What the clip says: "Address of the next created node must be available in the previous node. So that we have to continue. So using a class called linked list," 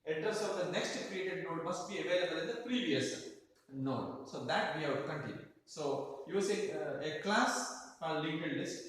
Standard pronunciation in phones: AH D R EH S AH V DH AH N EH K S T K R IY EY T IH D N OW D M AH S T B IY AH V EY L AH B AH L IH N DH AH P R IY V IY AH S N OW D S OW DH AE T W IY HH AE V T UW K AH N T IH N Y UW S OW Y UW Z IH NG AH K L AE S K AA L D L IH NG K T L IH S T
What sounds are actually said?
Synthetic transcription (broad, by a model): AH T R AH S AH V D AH N EH K S T K R IY EY T IH D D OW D M AH S T B IY AH V EY L AH B AH L IH N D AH P R IY V IY AH S N OW S OW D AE T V IY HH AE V T UW K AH N T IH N Y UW S OW Y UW S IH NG AH K L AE S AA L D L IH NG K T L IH S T